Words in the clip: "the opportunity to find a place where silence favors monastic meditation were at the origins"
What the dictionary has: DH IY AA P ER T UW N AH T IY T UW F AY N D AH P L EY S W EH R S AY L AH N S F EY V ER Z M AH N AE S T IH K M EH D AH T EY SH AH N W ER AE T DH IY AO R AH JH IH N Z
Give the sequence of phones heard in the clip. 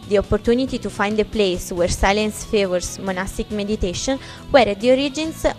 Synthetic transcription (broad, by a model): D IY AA P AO T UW N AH T IY T UW F AY N D AH P L EY S W EH R S AY L AH N S F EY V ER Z M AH N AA S T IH K M EH D AH T EY SH AH N W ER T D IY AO R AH JH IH N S